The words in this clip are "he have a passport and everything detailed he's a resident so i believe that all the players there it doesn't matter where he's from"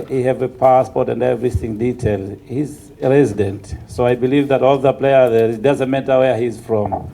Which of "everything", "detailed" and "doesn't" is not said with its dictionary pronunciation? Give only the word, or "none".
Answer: none